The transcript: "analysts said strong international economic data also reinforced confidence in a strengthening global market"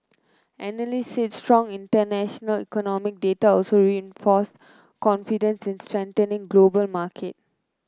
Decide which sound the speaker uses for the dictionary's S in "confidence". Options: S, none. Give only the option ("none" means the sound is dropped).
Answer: S